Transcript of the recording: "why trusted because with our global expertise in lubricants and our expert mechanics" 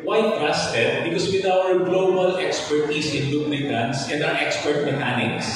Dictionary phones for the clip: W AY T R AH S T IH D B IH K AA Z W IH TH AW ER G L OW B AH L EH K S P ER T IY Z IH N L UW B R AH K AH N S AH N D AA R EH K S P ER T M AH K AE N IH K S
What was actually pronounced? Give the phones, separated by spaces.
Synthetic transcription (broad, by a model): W AY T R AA S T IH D B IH K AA S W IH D AW ER G L OW B AH L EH K S P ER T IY S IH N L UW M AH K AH N S AH N D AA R EH K S P ER T M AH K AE N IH K S